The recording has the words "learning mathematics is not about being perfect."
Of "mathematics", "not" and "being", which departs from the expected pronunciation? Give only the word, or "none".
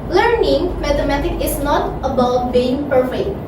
mathematics